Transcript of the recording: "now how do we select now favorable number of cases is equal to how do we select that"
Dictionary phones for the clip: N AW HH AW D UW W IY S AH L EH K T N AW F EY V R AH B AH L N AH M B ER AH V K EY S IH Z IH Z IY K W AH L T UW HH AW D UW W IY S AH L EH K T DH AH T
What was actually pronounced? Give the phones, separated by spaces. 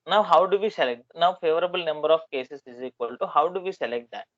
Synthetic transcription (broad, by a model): N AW HH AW D UW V IY S AH L EH K T N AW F EY V R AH B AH L N AH M B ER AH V K EY S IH S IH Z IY K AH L T UW HH AW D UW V IY S AH L EH K T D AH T